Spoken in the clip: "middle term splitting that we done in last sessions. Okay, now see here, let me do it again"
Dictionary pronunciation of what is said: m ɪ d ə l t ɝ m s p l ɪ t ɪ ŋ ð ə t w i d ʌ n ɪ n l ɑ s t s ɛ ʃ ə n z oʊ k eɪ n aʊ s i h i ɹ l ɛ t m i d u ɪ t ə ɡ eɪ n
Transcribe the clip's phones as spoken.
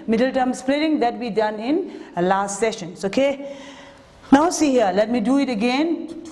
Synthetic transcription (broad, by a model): m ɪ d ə l t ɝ m s p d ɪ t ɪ ŋ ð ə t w i d ʌ n ɪ n l ɑ s t s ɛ ʃ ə n s oʊ k eɪ n aʊ s i h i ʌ l ɛ t m i d u ɪ t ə ɡ eɪ n